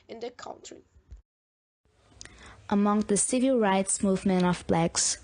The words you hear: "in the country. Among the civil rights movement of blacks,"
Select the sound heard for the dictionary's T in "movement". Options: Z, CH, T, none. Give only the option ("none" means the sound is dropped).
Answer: none